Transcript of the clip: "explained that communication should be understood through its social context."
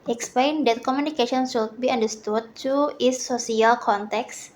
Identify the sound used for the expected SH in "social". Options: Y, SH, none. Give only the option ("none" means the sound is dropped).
none